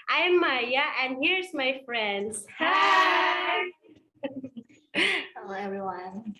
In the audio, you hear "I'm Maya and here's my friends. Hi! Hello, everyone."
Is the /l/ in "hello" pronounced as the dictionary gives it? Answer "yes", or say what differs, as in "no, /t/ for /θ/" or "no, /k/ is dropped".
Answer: no, /l/ is dropped